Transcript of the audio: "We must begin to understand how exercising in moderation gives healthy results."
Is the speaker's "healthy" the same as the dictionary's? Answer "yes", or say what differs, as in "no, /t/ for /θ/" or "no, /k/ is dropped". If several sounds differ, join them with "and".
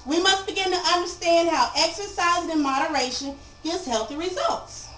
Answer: yes